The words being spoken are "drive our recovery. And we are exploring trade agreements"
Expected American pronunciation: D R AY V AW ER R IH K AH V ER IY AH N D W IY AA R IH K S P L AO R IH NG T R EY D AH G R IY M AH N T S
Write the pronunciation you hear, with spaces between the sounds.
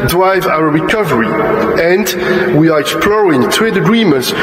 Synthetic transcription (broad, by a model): D R AY V AW ER R IH K AH V ER IY AH N D W IY AA R IH K S P L AO R IH NG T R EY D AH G R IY M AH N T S